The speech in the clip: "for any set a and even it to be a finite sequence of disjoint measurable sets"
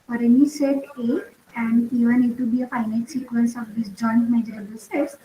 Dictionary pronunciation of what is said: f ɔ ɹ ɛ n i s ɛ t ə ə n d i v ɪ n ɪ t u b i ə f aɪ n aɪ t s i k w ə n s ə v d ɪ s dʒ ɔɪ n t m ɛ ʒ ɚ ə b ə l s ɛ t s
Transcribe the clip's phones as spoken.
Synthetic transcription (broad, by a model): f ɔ ɹ ɛ n i s ɛ t ə ə n d i v ɪ n ɪ t u b i ə f aɪ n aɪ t s i k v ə n s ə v d ɪ s dʒ ɔɪ n t m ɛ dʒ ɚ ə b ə l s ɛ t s